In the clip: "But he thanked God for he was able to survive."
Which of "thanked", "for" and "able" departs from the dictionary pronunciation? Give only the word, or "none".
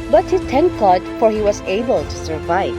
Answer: thanked